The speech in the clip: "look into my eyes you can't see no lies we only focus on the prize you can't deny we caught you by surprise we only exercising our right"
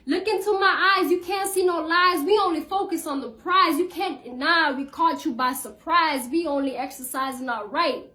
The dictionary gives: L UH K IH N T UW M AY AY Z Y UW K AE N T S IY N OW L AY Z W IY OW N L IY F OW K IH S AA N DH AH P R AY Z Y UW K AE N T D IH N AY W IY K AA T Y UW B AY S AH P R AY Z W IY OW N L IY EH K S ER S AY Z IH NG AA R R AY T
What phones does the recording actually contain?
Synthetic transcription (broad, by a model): L UH K IH N T UW M AY AY Z Y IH K AE N T S IY N OW L AY Z W IY OW N L IY F OW K IH S N DH AH P R AY Z Y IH K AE N D IH N AY W IY K AA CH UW B AY S AH P R AY Z W IY OW N L IY EH K S ER S AY Z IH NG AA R R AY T